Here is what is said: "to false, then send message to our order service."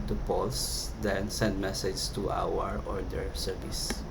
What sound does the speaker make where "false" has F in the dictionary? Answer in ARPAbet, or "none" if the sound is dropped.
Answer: P